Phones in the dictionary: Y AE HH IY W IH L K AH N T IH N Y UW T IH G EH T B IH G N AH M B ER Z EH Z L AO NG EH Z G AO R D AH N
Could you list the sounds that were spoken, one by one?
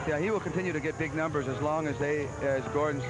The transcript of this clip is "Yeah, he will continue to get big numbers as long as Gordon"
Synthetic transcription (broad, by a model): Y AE HH IY W IH L K AH N T IH N Y UW T IH G EH T B IH G N AH M B ER Z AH Z L AO NG EH Z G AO R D N